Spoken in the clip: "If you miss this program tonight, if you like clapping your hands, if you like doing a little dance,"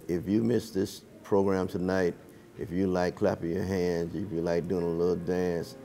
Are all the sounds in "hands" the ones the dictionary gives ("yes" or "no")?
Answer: yes